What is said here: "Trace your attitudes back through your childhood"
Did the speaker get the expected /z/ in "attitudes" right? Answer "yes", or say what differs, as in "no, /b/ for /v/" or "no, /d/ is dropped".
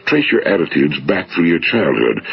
yes